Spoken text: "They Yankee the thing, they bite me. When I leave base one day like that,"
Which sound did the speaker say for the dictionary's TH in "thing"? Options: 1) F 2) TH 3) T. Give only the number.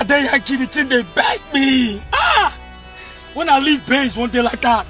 3